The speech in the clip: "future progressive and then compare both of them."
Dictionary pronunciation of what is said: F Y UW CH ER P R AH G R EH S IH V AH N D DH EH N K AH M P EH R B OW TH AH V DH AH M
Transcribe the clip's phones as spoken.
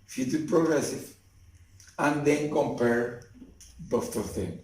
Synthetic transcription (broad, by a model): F Y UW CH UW P R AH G R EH S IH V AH N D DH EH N K AH M P EH R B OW T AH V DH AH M